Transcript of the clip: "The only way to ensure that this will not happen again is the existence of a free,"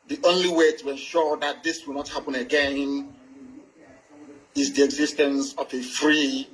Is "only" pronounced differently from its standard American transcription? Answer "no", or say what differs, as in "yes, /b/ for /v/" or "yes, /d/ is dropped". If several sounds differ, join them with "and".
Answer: no